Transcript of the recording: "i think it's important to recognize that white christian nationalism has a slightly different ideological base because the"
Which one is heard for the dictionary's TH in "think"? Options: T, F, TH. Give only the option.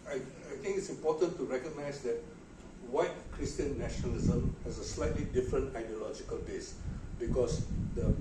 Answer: T